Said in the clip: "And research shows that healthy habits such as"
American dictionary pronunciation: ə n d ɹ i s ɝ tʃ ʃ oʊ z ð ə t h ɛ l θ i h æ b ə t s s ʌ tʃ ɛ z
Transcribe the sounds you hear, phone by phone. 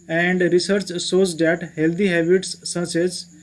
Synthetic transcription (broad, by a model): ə n d ɹ i s ɝ tʃ s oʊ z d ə t h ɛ l t i h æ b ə t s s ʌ s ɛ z